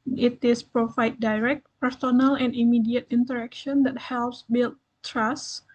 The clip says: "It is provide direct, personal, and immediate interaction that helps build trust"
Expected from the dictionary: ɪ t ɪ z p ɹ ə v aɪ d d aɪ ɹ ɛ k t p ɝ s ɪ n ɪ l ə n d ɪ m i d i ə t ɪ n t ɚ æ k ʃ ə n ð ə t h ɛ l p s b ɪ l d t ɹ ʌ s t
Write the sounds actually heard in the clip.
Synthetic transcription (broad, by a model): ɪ t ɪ s p ɹ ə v aɪ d d aɪ ɹ ɛ k t p ɝ s ɪ n ɪ l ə n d ɪ m i d i ə t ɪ n t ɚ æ k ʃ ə n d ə t h ɛ l p s b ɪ l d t ɹ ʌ s